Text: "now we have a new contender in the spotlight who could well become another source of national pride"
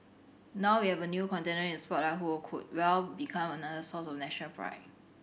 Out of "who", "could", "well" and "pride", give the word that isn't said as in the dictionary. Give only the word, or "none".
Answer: pride